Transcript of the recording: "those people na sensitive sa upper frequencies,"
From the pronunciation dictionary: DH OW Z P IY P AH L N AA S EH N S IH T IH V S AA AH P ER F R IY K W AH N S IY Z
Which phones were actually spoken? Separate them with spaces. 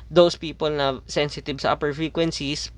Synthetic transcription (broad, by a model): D OW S P IY P AH L N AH S EH N S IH T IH B S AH AH P ER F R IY K W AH N S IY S